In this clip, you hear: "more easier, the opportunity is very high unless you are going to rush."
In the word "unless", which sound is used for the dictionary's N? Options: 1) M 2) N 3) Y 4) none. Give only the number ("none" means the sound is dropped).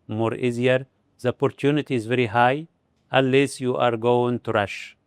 4